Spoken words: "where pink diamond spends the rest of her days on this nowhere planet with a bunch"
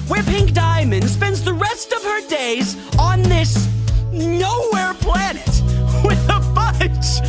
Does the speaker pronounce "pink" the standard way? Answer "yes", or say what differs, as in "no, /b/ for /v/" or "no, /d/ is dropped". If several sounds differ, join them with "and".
yes